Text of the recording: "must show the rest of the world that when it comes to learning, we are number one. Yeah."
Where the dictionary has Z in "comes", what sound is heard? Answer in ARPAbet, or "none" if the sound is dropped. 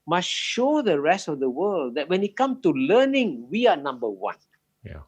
none